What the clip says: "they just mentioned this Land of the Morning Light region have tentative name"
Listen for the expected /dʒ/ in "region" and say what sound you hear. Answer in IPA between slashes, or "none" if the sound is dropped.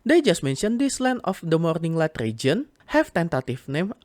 /dʒ/